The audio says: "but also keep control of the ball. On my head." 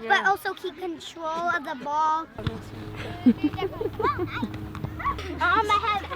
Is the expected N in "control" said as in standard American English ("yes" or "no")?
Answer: yes